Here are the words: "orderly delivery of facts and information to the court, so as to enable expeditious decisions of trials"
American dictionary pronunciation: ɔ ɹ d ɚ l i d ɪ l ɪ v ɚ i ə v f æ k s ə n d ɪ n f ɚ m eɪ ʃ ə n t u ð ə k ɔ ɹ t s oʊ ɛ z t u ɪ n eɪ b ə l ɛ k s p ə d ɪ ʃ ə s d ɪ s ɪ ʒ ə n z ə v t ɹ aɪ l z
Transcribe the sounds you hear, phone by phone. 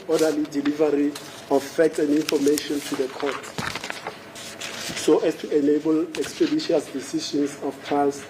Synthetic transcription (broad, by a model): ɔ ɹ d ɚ l i d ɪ l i v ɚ i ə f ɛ k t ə n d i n f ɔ m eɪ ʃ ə n t u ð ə k ɔ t s oʊ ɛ s t u ɪ n eɪ b ə l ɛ k s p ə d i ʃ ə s d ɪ s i ʃ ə n s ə f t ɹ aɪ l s